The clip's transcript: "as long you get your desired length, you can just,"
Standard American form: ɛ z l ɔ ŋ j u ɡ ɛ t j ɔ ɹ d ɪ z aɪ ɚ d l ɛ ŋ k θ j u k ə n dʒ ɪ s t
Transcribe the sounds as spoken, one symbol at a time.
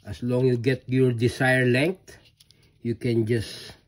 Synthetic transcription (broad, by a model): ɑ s l ɔ ŋ j u ɡ ɛ t j ɔ ɹ d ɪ s aɪ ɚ l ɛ ŋ k t j u k ə n dʒ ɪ s